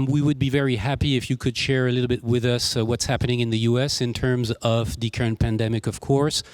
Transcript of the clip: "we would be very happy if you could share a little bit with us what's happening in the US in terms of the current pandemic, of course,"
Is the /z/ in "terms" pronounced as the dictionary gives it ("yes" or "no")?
yes